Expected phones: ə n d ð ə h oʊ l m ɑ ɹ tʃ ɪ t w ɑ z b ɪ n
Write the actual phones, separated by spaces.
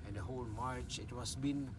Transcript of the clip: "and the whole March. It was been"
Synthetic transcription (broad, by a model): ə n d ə h oʊ l m ɑ ɹ tʃ ɪ t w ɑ s b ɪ n